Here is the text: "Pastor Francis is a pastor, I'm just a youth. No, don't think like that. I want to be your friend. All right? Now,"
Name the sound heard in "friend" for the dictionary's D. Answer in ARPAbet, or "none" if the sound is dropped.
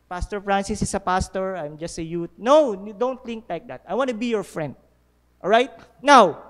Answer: D